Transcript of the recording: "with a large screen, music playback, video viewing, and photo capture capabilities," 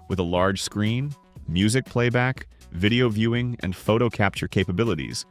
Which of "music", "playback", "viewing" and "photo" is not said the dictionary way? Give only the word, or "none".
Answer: none